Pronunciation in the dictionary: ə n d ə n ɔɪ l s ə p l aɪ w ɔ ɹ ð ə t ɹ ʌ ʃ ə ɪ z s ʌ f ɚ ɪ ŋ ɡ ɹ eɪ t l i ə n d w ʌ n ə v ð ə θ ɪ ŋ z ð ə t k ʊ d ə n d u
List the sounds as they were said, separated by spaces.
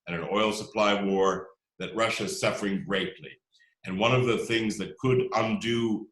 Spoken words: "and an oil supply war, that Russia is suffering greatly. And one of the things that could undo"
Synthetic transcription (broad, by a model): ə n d ə n ɔɪ l s ə p l aɪ w ɔ ɹ ð ə t ɹ ʌ ʃ ɪ z s ʌ f ɚ ɪ ŋ ɡ ɹ eɪ t l i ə n w ʌ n ə v ð ə θ ɪ ŋ z ð ə t k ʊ d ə n d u